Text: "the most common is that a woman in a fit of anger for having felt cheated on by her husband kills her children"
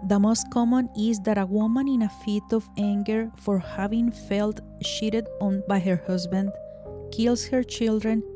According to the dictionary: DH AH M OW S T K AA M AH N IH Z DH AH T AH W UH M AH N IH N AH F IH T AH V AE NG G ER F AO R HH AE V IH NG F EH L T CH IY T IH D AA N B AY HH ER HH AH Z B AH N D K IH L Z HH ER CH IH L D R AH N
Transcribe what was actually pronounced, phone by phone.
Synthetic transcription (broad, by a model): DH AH M OW S T K AA M AH N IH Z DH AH T AH W UH M AH N IH N AH F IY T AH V AE NG G ER F AO R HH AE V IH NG F EH L T SH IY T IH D AA N B AY HH ER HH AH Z B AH N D K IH L S HH ER CH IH L D R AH N